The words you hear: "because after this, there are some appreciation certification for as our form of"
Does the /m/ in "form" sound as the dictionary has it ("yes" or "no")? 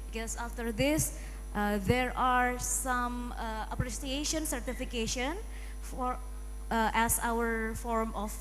yes